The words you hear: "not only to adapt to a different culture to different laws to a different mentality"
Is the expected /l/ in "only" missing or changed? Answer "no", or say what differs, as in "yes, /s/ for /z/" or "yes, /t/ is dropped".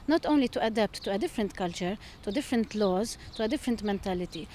no